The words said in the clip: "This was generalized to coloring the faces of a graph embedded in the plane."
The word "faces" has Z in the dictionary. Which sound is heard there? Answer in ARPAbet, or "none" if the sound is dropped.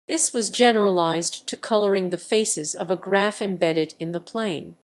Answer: Z